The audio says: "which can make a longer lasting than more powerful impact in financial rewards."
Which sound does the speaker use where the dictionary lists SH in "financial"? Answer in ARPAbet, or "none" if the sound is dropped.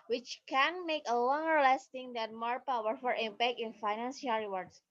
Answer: S